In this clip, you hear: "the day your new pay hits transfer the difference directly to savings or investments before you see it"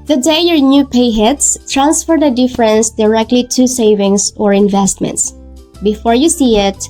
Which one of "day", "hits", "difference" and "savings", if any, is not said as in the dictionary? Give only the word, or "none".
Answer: savings